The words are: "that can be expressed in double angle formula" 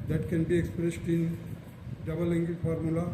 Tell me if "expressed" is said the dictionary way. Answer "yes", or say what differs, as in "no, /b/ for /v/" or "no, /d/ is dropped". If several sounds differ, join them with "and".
yes